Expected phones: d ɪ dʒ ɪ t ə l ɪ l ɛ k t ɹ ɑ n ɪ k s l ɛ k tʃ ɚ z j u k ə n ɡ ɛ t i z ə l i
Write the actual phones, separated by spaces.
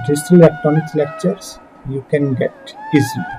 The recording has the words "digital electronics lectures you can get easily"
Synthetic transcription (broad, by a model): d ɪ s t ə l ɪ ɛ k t ɑ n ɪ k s l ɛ k tʃ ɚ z j u k ə n ɡ ɛ t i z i